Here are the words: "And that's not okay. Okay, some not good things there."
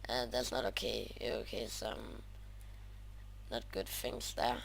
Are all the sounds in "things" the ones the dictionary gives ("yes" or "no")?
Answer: no